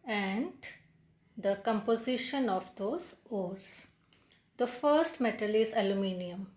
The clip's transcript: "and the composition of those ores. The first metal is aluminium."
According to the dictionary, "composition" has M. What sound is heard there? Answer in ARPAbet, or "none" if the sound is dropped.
M